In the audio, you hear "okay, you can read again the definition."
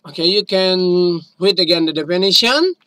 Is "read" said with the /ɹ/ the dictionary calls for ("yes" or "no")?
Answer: no